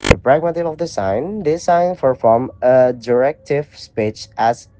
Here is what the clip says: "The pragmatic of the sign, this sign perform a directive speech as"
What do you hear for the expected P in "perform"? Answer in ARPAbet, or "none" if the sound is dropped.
F